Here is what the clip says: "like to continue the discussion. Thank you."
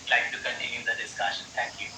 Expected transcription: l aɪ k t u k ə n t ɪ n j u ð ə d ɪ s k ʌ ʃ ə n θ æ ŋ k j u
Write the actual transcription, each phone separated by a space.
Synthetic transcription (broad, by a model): l aɪ k t u k ə n t ɪ n j u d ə d ɪ s k ʌ ʃ ə n t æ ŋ k j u